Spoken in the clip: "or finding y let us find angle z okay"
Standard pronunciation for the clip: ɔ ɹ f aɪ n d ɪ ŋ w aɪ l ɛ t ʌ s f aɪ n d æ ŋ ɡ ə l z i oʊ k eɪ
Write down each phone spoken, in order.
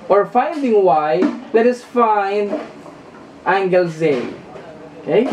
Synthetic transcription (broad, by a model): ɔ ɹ f aɪ n d ɪ ŋ w aɪ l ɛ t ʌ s f aɪ n d æ ŋ ɡ ə l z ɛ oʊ k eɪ